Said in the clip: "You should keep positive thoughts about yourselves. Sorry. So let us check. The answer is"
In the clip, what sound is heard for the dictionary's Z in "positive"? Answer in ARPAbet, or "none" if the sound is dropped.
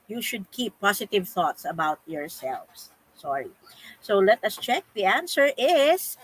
S